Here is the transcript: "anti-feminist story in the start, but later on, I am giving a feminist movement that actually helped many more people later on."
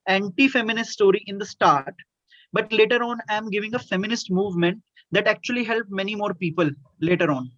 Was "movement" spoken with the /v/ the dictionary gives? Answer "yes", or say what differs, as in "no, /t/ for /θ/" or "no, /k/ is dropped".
yes